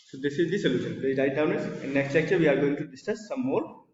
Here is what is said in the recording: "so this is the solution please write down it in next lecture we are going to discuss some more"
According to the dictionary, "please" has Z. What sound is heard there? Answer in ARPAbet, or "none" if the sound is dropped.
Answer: none